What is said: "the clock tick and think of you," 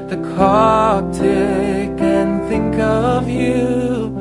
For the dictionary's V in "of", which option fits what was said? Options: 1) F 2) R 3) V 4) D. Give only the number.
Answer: 3